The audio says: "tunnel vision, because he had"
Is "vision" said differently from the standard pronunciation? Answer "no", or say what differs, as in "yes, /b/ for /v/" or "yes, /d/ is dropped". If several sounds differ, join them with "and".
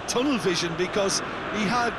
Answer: no